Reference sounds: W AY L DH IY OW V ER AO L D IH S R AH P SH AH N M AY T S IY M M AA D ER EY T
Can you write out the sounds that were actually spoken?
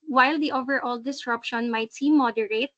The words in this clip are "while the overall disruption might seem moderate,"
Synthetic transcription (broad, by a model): W AY L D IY OW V ER AO L D IH S R AH P SH AH N M AY T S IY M M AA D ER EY T